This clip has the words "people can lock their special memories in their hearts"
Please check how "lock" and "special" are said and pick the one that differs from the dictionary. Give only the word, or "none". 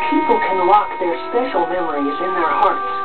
lock